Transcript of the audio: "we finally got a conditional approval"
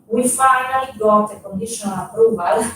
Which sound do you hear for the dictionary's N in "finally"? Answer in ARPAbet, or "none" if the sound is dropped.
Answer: none